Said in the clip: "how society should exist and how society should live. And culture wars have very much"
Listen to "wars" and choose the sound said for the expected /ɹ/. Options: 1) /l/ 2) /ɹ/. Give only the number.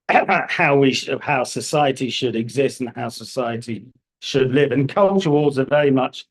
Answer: 1